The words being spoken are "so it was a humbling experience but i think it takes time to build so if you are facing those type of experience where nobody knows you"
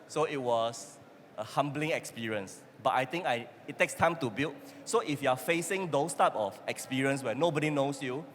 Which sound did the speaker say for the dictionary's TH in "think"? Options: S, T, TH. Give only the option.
T